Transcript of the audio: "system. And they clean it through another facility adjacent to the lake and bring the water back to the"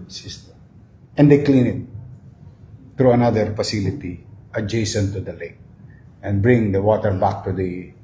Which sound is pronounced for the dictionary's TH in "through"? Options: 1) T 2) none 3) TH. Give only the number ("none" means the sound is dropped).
1